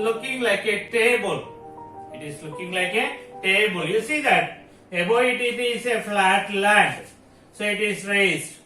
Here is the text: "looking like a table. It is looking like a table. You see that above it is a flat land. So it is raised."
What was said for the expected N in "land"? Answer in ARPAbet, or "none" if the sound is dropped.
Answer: none